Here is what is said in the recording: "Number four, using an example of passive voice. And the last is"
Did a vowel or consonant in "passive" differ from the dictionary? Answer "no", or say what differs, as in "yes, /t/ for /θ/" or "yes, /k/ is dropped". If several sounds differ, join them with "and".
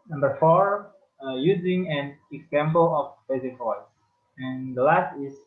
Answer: yes, /b/ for /p/